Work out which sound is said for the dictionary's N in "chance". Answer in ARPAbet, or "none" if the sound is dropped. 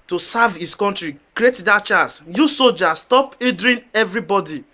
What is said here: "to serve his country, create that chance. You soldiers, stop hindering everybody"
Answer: none